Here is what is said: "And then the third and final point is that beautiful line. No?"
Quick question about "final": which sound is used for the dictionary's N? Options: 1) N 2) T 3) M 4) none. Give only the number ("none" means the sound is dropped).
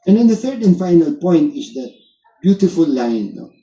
1